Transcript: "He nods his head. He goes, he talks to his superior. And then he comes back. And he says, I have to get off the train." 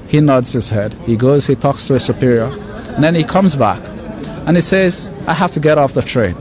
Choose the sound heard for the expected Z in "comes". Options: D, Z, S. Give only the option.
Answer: Z